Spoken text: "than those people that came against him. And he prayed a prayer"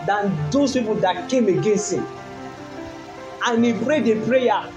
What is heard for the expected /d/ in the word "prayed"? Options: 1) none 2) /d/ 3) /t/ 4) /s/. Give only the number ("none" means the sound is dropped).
2